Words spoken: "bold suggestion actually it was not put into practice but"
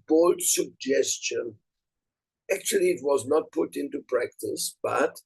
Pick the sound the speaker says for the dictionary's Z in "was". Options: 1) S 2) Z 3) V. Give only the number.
2